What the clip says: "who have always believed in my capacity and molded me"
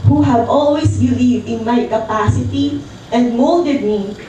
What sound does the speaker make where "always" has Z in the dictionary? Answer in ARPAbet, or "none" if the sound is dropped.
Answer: S